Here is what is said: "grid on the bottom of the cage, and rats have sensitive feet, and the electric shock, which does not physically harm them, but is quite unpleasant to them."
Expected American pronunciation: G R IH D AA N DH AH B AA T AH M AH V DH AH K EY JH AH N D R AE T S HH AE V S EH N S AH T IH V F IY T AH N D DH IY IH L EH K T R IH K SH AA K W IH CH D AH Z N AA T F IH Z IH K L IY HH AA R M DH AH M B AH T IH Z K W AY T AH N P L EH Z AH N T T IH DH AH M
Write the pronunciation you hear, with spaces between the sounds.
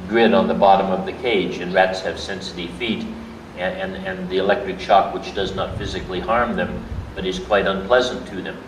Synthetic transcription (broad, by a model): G R IH D N DH AH B AA T AH M AH V DH AH K EY JH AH N R AE T S HH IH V S EH N S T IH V F IY T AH N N DH IY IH L EH K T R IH K SH AA K W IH CH D AH Z N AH T F IH Z IH K L IY HH AA R M DH AH M B AH T IH Z K W AY T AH N P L EH Z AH N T T IH DH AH M